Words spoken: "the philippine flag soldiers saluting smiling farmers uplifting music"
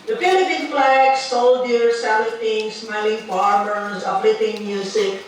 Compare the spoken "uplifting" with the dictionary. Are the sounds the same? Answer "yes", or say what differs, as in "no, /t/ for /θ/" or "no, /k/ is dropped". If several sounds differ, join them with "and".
no, /f/ is dropped